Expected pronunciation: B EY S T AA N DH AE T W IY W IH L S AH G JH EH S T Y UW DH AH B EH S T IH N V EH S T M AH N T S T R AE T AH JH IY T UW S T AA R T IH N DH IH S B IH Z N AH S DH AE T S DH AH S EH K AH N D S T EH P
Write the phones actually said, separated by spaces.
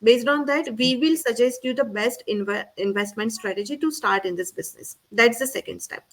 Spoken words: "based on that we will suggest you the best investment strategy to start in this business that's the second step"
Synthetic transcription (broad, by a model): B EY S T AA N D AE T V IY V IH L S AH JH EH S T Y UW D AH B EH S T IH N V EH S T M AH N T S T R AE T AH JH IY T UW S T AA R T IH N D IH S B IH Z N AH S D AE T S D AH S EH K AH N D S T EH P